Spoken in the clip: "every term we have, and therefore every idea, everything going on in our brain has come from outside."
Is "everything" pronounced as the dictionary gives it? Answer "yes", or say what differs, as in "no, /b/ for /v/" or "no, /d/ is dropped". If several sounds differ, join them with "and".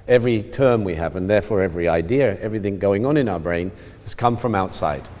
yes